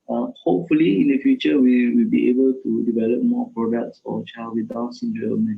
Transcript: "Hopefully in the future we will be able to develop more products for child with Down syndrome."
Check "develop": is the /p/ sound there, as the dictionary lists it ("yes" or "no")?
yes